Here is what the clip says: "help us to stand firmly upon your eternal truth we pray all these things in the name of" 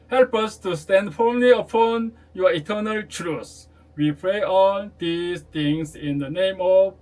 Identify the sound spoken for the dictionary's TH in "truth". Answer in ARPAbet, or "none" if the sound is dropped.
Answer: S